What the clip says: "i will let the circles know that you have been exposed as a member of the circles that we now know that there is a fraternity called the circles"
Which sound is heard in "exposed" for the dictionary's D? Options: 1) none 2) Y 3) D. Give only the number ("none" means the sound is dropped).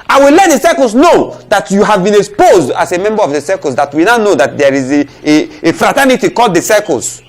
3